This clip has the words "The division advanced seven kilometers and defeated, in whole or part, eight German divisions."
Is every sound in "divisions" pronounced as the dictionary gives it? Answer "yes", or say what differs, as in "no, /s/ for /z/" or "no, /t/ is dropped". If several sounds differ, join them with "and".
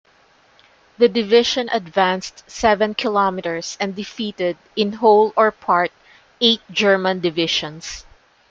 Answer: no, /ʃ/ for /ʒ/ and /s/ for /z/